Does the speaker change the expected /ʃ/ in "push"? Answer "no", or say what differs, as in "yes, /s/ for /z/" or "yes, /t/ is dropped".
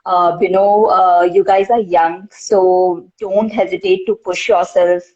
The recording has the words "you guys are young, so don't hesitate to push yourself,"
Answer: no